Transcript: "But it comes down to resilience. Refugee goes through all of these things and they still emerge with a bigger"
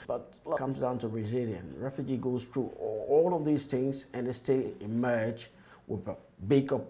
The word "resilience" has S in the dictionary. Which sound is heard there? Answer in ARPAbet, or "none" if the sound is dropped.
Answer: none